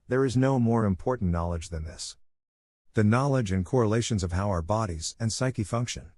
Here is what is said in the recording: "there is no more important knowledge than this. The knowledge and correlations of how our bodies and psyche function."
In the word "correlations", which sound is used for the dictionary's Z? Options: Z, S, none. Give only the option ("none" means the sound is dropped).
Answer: Z